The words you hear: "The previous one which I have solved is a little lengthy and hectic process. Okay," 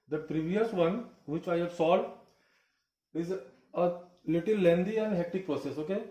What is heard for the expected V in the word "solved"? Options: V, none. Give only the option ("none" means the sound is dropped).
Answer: none